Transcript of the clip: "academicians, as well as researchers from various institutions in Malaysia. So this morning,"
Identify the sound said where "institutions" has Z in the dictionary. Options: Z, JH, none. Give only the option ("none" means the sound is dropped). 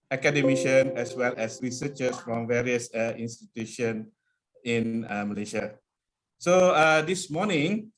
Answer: none